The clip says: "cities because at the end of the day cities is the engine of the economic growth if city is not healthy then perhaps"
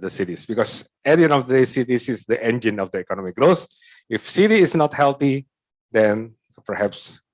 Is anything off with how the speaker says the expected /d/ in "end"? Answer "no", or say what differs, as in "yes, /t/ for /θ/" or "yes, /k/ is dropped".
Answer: yes, /d/ is dropped